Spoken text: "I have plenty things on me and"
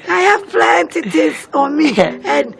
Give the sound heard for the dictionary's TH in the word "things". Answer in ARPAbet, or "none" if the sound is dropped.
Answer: T